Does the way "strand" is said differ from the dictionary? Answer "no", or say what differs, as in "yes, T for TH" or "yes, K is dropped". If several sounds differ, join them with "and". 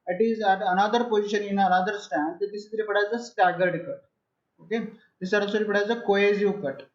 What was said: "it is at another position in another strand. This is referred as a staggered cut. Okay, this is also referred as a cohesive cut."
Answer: yes, R is dropped